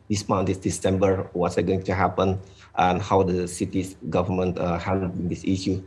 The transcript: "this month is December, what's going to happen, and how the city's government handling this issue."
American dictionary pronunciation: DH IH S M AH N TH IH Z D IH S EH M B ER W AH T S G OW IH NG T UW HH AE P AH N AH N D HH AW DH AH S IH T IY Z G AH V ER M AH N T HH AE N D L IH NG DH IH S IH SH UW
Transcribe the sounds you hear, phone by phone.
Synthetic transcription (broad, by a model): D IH S M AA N T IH S D IH S EH M B ER W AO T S G OW IH NG T UW HH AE P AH N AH N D HH AW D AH S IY T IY S G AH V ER M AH N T HH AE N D IH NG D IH S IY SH UW